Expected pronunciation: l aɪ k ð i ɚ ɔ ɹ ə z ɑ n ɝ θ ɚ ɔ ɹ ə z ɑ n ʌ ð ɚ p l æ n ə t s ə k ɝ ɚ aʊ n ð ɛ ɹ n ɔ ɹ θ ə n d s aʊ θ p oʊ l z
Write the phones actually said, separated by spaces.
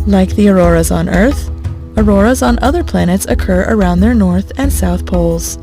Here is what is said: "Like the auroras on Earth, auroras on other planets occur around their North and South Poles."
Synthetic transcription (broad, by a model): l aɪ k ð i ɚ ɔ ɹ ə z n ɝ θ ɚ ɔ ɹ ə z n ʌ ð ɚ p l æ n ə t s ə k ɝ ɚ aʊ n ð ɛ ɹ n ɔ ɹ θ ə n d s aʊ θ p oʊ l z